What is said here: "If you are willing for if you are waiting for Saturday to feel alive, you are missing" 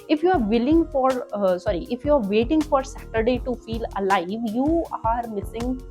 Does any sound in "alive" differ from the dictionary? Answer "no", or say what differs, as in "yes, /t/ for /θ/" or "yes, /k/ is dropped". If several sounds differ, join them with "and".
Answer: no